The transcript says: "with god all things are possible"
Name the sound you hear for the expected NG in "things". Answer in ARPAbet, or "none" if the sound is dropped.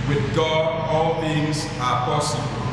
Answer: NG